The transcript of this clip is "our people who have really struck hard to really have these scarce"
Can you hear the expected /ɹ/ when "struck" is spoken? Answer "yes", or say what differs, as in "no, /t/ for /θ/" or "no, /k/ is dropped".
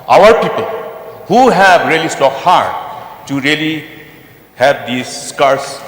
no, /ɹ/ is dropped